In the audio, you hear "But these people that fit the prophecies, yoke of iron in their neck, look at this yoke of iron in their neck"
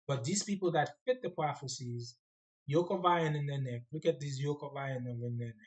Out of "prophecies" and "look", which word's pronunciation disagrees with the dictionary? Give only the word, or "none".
none